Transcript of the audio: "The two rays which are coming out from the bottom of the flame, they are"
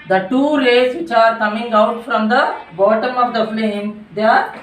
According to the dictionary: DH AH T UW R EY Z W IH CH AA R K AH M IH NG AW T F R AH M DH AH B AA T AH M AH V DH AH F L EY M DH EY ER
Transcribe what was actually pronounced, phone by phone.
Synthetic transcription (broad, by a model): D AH T UW L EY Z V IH CH AA R K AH M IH NG AW T F R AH M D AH B AA T AH M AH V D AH F L EY M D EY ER